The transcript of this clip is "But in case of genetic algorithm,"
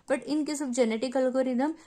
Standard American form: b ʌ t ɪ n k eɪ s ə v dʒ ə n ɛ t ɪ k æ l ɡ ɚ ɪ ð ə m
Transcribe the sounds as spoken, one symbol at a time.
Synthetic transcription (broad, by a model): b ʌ t ɪ n k eɪ s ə b dʒ ə n ɛ t ɪ k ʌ l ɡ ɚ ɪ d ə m